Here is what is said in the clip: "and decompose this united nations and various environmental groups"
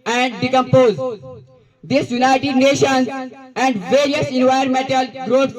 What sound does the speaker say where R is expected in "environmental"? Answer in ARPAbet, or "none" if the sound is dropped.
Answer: none